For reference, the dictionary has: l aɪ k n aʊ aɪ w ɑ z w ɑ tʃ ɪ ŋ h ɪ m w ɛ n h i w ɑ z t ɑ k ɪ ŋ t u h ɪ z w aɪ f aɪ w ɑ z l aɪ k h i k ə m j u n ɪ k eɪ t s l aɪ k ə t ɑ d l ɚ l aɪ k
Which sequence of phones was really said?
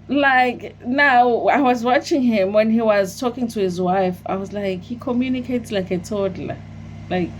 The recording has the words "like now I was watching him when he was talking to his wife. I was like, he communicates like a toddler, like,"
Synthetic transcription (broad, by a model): l aɪ k n aʊ aɪ w ɑ z w ɑ tʃ ɪ ŋ h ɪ m w ɛ n h i w ɑ z t ɑ k ɪ ŋ t u h ɪ z w aɪ f aɪ w ɑ z l aɪ k h i k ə m j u n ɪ k eɪ t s l aɪ k ə t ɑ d l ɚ l aɪ k